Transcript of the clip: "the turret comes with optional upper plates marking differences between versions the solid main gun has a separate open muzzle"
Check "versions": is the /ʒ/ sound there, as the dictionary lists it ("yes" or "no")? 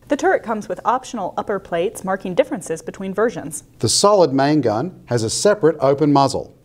yes